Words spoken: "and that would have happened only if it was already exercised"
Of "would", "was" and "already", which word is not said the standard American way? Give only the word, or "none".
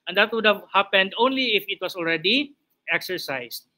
was